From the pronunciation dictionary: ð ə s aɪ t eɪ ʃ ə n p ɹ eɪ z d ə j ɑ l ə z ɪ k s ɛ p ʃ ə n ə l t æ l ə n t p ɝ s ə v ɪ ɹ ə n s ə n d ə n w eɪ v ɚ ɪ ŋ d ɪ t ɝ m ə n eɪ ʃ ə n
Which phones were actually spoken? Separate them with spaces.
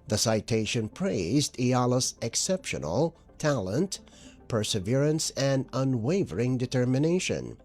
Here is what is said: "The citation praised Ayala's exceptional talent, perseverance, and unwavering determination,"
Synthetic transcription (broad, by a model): ð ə s aɪ t eɪ ʃ ə n p ɹ eɪ z d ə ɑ l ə s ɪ k s ɛ p ʃ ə n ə l t æ l ə n t p ɝ s ə v ɪ ɹ ə n s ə n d ə n w eɪ v ɚ ɪ ŋ d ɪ t ɝ m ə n eɪ ʃ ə n